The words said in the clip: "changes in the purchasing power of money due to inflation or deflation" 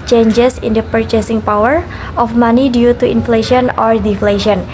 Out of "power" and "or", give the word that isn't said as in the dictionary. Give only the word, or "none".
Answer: none